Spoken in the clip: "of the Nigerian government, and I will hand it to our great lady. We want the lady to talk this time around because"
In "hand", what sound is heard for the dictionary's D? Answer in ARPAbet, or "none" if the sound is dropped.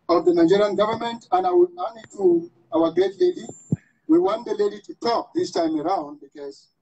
none